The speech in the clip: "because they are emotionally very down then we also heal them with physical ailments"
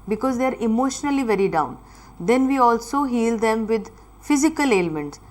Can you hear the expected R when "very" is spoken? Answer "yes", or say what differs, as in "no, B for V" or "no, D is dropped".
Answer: yes